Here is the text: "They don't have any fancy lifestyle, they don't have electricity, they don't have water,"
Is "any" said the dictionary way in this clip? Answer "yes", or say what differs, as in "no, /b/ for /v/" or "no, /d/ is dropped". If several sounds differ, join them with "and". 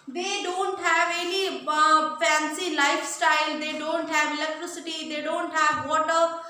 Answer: no, /l/ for /n/